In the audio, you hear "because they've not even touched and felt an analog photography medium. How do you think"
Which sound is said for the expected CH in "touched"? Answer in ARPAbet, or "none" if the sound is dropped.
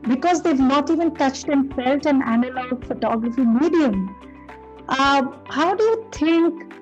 CH